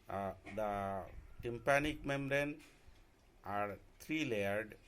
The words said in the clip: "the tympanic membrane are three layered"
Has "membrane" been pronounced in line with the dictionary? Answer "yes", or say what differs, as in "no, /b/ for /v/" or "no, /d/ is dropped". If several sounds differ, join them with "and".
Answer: no, /b/ is dropped